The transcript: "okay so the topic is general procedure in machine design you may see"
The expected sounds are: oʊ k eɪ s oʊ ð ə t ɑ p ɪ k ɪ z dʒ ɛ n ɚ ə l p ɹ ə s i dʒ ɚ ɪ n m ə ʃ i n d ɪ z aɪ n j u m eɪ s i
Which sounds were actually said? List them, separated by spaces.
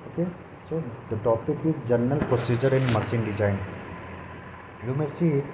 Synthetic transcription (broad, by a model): oʊ k eɪ s oʊ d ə t ɑ p ɪ k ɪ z dʒ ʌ n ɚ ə l p ɹ ə s i dʒ ɚ ɪ n m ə s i n d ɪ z aɪ n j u m eɪ s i